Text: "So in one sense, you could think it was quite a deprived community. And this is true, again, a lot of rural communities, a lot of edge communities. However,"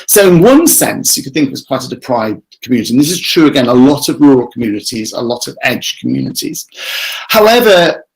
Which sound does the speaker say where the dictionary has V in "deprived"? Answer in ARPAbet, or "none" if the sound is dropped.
none